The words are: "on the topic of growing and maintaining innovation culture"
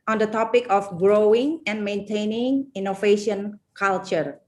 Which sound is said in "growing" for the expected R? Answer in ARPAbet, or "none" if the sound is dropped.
R